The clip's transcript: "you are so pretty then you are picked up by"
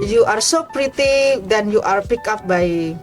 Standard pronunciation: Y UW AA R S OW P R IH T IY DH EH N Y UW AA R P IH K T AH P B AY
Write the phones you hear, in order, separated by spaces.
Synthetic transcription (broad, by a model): Y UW AA R S OW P R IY T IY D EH N Y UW AA R P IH K AH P B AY